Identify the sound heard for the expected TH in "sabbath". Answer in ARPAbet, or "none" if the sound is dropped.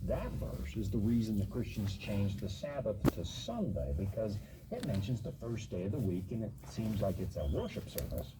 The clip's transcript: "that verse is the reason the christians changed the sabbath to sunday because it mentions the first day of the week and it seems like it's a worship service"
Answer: TH